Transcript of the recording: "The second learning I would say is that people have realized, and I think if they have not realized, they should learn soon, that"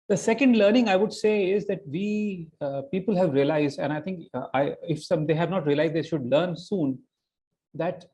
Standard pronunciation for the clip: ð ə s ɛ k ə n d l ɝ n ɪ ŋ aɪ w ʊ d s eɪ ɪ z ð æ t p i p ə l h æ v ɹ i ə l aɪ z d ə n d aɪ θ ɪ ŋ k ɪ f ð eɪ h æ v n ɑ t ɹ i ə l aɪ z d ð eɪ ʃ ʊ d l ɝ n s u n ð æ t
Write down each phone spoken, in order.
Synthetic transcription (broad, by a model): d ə s ɛ k ə n d l ɝ n ɪ ŋ aɪ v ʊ d s eɪ ɪ z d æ t p i p ə l h æ v ɹ i ə l aɪ z d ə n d aɪ t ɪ ŋ k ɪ f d eɪ h æ v n ɑ t ɹ i ə l aɪ z d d eɪ ʃ ʊ d l ɝ n s u n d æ t